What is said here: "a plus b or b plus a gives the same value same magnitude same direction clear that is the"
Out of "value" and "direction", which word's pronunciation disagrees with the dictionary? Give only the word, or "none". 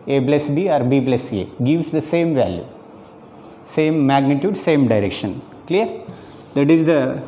none